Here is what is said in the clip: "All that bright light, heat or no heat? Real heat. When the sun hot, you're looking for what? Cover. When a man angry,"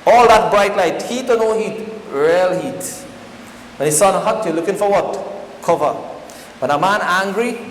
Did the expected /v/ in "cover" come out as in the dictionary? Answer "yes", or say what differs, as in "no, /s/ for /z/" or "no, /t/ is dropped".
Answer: yes